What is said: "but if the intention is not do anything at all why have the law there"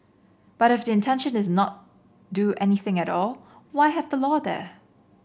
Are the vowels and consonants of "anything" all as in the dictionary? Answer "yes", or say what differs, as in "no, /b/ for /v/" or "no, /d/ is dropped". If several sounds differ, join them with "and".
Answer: yes